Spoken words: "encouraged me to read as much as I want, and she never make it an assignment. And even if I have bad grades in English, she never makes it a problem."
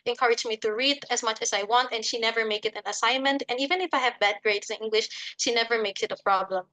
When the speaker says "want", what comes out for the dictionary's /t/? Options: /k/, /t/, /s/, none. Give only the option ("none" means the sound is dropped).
/t/